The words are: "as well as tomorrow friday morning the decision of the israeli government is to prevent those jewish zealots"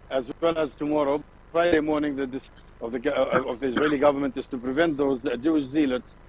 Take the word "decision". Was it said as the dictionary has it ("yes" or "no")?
no